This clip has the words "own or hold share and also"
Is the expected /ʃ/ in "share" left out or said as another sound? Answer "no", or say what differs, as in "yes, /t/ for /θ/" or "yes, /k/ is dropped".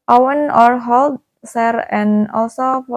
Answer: yes, /s/ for /ʃ/